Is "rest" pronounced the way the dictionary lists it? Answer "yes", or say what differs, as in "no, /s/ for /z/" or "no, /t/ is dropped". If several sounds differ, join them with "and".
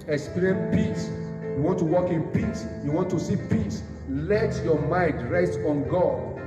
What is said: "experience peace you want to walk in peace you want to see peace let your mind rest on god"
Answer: yes